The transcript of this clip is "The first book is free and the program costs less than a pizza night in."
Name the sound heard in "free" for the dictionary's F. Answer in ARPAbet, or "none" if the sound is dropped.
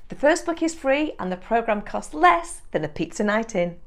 F